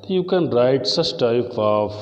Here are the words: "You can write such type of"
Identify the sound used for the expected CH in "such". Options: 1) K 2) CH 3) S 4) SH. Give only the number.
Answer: 3